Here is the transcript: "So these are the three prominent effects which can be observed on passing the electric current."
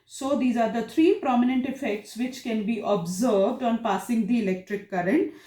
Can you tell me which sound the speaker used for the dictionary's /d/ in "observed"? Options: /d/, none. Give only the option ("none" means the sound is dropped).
/d/